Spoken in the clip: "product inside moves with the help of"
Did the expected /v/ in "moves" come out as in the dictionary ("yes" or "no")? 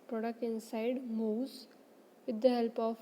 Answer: no